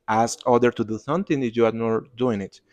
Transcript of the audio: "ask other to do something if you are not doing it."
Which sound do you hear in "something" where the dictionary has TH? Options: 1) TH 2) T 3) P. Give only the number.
2